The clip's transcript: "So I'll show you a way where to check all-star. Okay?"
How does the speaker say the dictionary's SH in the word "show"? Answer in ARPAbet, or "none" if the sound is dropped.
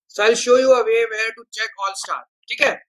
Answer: SH